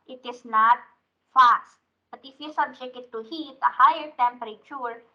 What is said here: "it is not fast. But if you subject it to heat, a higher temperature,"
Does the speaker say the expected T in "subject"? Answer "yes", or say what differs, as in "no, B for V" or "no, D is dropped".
no, T is dropped